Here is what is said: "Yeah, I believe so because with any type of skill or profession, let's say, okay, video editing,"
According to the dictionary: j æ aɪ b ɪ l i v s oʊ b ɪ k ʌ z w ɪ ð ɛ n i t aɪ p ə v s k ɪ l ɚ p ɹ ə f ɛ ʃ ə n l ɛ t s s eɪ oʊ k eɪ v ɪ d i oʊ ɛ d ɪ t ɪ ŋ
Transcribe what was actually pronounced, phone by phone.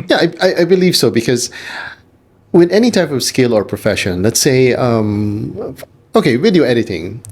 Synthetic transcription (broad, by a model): j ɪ aɪ b ɪ l i v s oʊ b ɪ k ʌ z w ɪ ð ɛ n i t aɪ p ə v s k ɪ l ɚ p ɹ ə f ɛ ʃ ə n l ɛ t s s eɪ oʊ k eɪ w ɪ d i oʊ ɛ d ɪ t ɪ ŋ